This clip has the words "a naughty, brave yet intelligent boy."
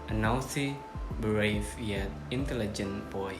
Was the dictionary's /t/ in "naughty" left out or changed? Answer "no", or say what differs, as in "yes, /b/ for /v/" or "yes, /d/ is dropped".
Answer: yes, /s/ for /t/